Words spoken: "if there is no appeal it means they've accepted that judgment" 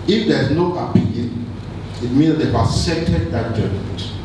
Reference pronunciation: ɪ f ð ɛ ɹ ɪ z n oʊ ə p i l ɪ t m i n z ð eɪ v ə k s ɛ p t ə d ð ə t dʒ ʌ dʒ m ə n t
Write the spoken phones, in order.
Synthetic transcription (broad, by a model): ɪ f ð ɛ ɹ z n oʊ ə p i l ɪ t m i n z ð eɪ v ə s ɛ t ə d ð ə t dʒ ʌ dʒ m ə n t